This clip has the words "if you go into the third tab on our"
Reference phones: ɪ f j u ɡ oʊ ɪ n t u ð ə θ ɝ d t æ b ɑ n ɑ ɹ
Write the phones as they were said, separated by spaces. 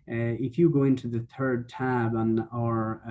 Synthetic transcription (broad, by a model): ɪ f j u ɡ oʊ ɪ n t u ð ə θ ɝ d t æ b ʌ n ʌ ɹ